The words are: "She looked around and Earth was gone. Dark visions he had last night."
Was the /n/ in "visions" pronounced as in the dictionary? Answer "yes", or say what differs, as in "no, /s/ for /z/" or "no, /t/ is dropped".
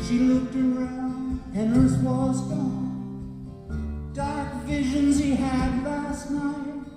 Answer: yes